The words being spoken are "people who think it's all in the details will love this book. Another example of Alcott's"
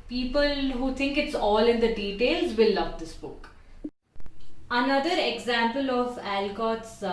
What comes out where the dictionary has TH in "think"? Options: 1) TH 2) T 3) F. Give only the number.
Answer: 2